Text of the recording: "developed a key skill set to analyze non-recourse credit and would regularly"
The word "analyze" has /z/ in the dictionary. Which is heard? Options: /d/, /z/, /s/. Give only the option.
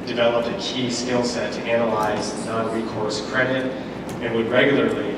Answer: /z/